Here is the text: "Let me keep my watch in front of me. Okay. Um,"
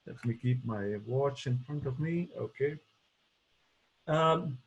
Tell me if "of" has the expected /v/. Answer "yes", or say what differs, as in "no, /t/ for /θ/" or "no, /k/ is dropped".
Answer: yes